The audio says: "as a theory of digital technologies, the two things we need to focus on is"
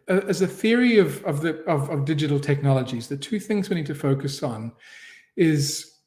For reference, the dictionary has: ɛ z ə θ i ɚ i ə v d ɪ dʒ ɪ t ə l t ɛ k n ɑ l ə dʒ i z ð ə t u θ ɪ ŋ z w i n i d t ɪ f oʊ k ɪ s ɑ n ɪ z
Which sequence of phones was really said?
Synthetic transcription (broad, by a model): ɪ z ə θ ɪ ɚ i ə v d ɪ dʒ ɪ t l t ɛ k n ɑ l ə dʒ i z ð ə t u θ ɪ ŋ z w i n i d t ɪ f oʊ k ɪ s n ɪ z